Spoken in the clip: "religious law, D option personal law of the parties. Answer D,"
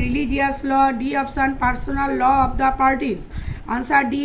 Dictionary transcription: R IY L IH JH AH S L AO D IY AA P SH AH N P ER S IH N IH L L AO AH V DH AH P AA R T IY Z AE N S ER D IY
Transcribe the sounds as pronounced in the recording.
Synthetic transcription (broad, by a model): R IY L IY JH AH S L AO D IY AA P S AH N P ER S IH N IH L L AO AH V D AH P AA R T IY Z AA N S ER D IY